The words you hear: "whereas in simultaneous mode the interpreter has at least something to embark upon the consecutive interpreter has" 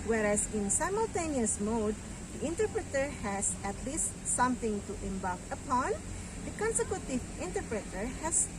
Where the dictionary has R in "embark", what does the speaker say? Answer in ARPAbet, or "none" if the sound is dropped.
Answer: L